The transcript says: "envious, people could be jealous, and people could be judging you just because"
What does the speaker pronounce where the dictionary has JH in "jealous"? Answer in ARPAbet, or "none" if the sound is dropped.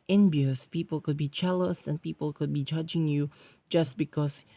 CH